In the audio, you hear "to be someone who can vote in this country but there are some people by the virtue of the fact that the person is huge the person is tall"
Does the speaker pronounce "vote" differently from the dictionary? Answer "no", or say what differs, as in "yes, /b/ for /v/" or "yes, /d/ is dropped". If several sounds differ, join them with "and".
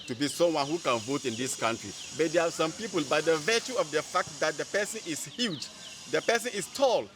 no